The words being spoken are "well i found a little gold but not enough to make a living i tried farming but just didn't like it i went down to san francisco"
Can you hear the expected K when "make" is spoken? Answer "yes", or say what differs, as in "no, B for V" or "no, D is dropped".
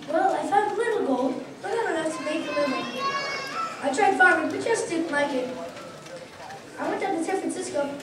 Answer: no, K is dropped